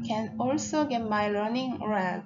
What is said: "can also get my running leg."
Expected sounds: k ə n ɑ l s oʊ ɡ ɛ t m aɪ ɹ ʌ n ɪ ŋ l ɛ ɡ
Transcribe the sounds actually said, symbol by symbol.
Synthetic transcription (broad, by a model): k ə n ɑ l s oʊ ɡ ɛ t m aɪ l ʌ n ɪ ŋ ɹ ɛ